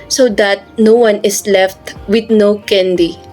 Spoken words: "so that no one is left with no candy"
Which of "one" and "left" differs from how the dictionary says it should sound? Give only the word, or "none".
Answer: none